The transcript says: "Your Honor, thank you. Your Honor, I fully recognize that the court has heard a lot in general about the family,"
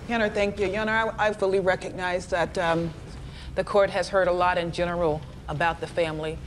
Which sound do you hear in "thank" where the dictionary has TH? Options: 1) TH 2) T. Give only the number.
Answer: 1